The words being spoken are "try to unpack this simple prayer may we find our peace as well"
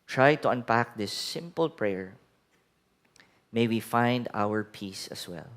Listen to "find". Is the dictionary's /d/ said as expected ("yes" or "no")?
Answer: yes